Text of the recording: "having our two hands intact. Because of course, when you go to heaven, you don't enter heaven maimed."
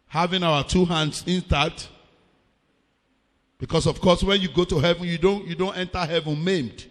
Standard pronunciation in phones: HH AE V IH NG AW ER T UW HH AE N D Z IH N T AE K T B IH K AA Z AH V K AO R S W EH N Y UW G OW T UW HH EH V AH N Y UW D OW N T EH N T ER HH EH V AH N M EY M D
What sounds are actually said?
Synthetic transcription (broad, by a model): HH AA V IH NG AW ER T UW HH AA N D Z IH N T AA T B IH K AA S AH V K AO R S W EH N Y UW G OW T UW HH EH V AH N Y UW D OW N T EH N T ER HH EH V AH N M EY M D